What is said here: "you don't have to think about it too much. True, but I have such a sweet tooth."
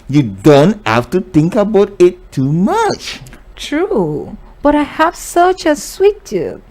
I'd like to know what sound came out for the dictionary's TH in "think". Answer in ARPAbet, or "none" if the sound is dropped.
T